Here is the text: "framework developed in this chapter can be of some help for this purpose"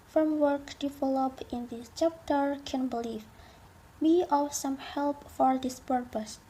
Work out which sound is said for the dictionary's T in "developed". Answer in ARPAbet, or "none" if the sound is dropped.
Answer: none